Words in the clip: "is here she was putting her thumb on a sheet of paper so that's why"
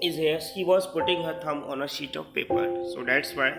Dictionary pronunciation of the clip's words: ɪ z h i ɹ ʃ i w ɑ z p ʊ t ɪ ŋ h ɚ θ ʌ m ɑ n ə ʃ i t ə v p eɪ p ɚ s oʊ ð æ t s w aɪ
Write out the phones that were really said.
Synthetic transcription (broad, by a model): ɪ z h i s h i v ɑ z p ʊ t ɪ ŋ h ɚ t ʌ m ɑ n ə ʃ i t ə v p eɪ p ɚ s oʊ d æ t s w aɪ